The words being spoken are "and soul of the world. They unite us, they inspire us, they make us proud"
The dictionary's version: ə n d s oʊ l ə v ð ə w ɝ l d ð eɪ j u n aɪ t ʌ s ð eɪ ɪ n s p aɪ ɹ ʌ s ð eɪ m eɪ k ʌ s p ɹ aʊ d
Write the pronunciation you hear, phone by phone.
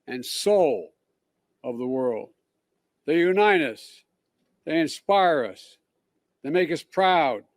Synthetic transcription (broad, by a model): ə n s oʊ l ə v ð ə w ɝ l d ð eɪ j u n aɪ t ʌ s ð eɪ ɪ n s p aɪ ɹ ʌ s ð eɪ m eɪ k ʌ s p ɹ aʊ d